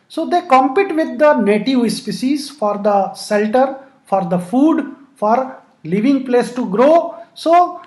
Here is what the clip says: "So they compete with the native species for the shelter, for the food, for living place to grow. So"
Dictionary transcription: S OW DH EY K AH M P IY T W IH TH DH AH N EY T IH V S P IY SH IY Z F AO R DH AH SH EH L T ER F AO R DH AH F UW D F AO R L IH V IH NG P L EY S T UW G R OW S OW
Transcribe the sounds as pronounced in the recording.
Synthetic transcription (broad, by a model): S OW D EY K AH M P IY T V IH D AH N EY T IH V S P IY S IY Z F AO R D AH S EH L T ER F AO R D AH F UW D F AO R L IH V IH NG P L EY S T UW G R OW S OW